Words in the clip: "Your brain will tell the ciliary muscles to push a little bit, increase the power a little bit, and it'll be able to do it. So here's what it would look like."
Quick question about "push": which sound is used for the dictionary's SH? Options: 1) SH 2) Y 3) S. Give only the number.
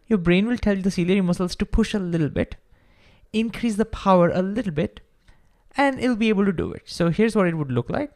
1